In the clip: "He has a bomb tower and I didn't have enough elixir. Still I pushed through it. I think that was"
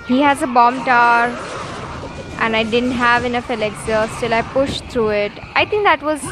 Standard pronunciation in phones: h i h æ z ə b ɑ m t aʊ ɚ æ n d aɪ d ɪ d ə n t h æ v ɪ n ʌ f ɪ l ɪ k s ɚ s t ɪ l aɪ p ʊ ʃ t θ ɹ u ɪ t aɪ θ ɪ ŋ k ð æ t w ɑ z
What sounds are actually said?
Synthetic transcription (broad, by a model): h i h æ z ə b ɑ m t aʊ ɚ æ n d aɪ d ɪ d ə n t h æ v ɪ n ʌ f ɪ l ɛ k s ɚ s t ɪ l aɪ p ʊ ʃ t t ɹ u ɪ t aɪ t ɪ ŋ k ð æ t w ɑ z